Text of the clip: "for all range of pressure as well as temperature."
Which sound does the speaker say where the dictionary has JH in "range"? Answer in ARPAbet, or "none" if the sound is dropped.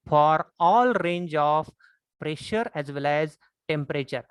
JH